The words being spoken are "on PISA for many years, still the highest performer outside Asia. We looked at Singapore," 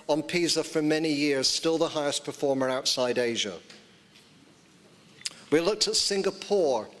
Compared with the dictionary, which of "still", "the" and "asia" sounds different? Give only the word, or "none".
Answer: none